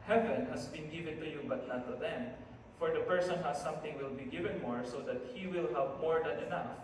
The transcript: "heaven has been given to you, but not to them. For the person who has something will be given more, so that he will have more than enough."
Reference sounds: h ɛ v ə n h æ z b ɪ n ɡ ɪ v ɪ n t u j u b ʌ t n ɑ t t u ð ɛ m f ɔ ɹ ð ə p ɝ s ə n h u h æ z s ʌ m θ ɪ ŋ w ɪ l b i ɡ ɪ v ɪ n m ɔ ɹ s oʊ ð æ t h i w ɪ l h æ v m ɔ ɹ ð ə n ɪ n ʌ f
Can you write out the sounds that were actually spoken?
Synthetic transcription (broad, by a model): h ɛ v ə n h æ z b ɪ n ɡ ɪ v ɪ n t u j u b ʌ t n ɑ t t u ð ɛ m f ɔ ɹ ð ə p ɝ s ə n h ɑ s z s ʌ m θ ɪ ŋ w ɪ l b i ɡ ɪ v ɪ n m ɔ ɹ s oʊ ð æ t h i w ɪ l h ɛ p m ɔ ɹ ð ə n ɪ n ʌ f